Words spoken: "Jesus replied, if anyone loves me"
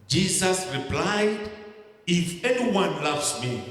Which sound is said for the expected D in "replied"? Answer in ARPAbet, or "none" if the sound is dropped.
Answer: D